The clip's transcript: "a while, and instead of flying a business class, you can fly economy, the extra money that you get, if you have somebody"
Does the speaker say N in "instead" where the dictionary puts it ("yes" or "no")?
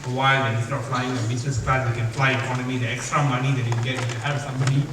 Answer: no